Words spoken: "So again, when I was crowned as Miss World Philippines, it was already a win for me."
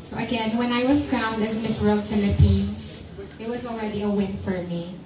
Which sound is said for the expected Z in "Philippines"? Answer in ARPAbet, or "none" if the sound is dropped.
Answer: S